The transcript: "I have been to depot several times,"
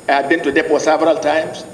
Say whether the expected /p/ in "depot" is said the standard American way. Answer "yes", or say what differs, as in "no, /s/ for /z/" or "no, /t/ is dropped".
no, /f/ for /p/